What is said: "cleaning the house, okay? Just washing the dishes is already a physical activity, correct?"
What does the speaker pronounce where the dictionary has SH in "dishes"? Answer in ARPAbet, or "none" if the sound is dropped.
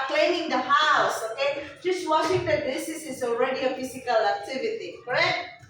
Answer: S